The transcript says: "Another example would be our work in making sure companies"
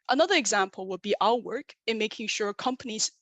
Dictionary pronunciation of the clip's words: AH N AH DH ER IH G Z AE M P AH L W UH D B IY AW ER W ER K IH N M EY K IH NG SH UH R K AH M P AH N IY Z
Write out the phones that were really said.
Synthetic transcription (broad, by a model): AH N AH DH ER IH G Z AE M P L W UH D B IY AW ER W ER K IH N M EY K IH NG SH UH R K AH M P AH N IY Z